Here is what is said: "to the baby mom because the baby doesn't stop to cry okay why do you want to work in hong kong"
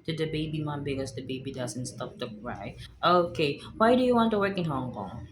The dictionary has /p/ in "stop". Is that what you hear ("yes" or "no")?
no